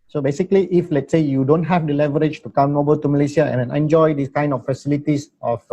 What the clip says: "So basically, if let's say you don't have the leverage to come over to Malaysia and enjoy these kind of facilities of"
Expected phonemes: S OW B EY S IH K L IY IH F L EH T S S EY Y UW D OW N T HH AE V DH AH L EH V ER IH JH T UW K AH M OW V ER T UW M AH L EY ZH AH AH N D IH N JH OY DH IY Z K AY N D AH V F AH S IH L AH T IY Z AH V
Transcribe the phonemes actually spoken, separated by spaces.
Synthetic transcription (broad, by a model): S OW B EY S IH K L IY IH F L EH T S S EY Y UW D OW N T HH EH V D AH L EH V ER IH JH T UW K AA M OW B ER T UW M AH L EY S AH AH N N IH N JH OY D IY S K AY N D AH F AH S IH L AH T IY S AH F